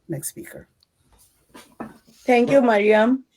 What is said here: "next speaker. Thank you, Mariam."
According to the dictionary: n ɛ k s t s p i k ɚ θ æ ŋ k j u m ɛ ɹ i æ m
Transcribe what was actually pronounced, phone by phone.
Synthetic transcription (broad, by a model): n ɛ k s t s p i k ɚ t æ ŋ k j u m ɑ ɹ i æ m